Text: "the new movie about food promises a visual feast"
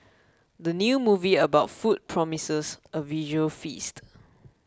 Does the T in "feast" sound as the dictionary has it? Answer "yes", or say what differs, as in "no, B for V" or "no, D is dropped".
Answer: yes